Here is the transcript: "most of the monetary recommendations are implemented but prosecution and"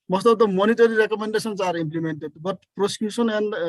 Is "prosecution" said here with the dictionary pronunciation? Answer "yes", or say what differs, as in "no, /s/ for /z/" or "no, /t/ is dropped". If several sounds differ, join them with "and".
no, /s/ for /ʃ/